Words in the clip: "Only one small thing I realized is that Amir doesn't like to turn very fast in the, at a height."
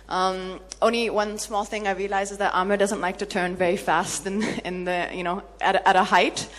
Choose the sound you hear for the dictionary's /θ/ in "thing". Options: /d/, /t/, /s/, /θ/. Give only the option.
/θ/